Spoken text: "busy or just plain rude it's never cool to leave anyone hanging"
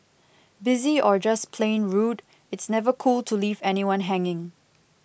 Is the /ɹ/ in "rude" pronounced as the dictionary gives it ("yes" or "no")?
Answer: yes